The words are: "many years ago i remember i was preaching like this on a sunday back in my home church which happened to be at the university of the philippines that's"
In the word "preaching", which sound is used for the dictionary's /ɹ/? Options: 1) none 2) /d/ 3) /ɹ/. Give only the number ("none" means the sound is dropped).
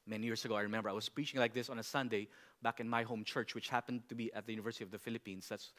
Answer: 3